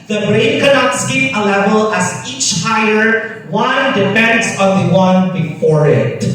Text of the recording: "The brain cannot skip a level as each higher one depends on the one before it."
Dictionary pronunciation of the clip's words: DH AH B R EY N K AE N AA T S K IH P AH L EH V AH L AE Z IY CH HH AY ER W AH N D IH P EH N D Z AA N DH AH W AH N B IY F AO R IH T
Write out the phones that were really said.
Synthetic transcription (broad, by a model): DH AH B R EY N K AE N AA T S K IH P AH L EH V AH L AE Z IY CH HH AY ER W AH N D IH F EH N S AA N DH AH W AH N B IY F AO R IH T